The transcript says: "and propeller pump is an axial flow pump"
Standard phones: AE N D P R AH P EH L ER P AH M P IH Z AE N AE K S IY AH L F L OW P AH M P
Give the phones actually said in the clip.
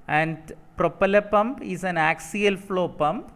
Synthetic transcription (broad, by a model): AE N D P R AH P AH L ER P AH M P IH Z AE N AE K S IY AH L F L OW P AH M P